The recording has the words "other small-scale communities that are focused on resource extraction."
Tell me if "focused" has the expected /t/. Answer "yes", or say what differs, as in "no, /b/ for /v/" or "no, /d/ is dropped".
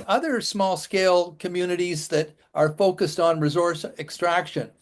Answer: yes